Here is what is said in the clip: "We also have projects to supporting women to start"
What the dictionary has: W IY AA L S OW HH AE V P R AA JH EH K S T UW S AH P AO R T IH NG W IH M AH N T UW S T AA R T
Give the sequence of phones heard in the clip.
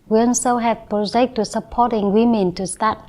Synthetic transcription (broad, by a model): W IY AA N S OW HH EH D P R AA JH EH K T UW S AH P AO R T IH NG W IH M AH N T UW S T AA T